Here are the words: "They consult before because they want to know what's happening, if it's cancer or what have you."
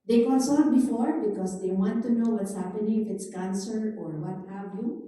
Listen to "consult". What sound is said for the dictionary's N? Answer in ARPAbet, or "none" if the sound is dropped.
L